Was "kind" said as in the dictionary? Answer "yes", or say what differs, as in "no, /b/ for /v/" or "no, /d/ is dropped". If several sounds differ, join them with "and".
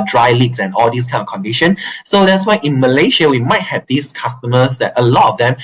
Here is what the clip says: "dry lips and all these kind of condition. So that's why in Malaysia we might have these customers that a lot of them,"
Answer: no, /d/ is dropped